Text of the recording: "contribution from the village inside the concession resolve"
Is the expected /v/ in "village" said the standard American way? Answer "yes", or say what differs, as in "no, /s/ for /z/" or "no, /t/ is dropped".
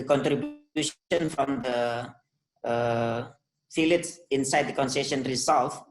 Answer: no, /f/ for /v/